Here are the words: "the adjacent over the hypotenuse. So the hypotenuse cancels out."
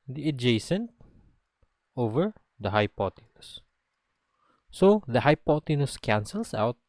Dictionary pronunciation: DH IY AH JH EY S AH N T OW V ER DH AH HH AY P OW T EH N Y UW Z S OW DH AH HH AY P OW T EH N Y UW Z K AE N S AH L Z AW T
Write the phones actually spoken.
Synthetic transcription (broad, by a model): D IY AH JH EY S AH N T OW V ER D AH HH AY P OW T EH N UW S S OW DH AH HH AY P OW T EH N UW S K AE N S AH L S AW T